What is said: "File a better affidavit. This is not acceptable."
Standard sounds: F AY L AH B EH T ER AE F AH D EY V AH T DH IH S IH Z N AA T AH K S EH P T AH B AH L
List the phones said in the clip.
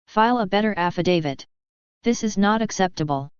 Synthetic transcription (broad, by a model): F AY L AH B EH T ER AE F AH D EY V AH T DH IH S IH Z N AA T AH K S EH P T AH B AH L